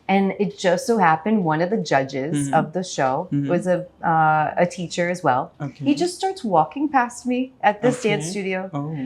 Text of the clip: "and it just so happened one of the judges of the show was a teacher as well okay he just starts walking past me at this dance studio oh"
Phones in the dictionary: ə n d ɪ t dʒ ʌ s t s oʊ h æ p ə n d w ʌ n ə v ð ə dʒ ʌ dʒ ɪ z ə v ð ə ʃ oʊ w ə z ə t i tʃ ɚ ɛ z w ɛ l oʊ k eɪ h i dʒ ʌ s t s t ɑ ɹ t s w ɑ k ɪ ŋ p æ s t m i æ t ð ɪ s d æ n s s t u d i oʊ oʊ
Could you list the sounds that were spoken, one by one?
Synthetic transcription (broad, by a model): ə n ɪ t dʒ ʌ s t s oʊ h æ p ə n d w ʌ n ə v ð ə dʒ ʌ dʒ ɪ z ə v ð ə ʃ oʊ w ə z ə t i tʃ ɚ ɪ z w ɛ l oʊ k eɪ h i dʒ ʌ s t s t ɑ ɹ t s w ɑ k ɪ ŋ p æ s t m i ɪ t ð ɪ s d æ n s s t u d i oʊ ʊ